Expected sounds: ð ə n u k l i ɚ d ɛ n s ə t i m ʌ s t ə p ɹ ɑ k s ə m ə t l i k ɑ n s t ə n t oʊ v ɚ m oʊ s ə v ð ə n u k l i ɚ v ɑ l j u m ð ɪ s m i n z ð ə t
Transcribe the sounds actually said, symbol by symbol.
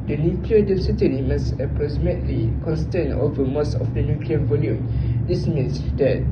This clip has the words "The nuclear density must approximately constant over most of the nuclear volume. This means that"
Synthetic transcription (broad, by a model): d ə n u k l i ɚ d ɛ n s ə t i m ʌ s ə p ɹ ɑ s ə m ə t l i k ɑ n s t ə n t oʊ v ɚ m oʊ s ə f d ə n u k l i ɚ v ɑ l j u m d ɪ s m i n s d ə t